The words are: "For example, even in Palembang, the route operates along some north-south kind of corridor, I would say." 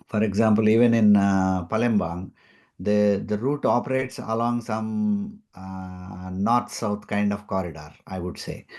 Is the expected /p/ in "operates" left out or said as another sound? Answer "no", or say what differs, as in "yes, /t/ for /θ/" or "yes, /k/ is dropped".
no